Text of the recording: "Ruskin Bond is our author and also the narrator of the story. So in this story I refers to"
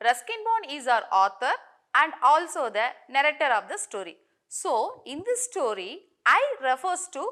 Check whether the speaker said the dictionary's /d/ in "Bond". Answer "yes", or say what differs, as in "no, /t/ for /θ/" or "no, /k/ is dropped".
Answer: no, /d/ is dropped